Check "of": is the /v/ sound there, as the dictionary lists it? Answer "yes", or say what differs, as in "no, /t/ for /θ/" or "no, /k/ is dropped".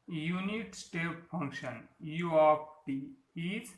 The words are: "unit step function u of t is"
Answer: no, /p/ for /v/